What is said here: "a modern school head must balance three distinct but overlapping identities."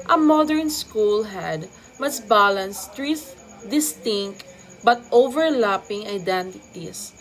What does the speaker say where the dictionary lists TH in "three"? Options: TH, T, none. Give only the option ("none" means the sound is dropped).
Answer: T